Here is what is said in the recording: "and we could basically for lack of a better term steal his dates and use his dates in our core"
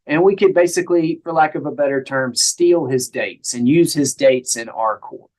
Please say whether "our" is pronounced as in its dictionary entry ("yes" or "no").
yes